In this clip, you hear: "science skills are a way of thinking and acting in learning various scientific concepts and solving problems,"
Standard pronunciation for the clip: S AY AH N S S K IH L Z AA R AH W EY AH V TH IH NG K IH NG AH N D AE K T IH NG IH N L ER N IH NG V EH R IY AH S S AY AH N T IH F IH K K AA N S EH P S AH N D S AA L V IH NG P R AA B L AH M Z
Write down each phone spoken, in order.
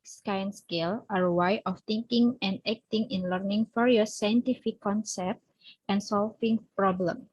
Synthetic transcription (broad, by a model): S AY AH N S S K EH L AA R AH W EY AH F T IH NG K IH NG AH N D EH K T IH NG IH N L ER N IH NG F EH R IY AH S S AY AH N T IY F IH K K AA N S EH P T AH N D S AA L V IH NG P R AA B L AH M